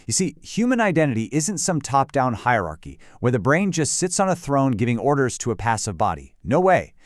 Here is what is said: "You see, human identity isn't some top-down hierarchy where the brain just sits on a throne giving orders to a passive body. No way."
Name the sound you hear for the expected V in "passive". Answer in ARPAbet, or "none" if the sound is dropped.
V